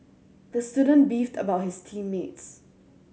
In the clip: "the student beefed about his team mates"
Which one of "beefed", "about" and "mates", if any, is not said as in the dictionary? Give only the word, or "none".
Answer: none